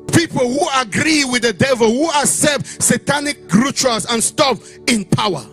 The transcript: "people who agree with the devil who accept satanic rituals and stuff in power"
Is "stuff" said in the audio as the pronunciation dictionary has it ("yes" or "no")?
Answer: no